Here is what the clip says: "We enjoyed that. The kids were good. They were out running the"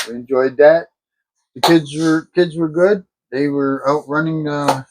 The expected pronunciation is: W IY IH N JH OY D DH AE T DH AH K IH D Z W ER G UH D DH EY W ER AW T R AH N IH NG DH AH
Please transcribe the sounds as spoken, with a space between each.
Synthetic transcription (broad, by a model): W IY IH N JH OY D DH AE T DH AH K IH D Z W ER G UH D DH EY W ER AW T R AH N IH NG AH